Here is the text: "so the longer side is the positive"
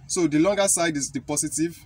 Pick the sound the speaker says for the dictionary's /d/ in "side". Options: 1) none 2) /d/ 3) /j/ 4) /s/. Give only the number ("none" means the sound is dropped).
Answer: 2